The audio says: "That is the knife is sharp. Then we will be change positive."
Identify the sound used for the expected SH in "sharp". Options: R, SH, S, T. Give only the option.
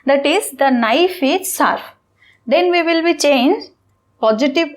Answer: S